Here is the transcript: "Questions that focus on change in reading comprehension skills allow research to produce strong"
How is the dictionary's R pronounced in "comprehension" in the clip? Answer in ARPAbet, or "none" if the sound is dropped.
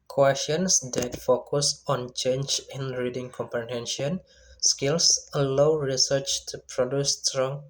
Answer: none